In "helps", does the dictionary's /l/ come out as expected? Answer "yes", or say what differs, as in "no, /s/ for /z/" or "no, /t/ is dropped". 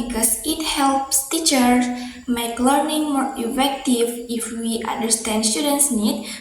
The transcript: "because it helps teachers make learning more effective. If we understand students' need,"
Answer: yes